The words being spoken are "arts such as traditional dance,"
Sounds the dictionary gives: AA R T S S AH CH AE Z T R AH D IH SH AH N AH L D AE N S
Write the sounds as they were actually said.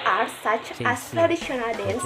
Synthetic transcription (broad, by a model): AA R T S S AH CH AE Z T R AH D IH SH AH N AH L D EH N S